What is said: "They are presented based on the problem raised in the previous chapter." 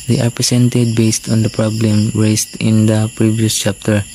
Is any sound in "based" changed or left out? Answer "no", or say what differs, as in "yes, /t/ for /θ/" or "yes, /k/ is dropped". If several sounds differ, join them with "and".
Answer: no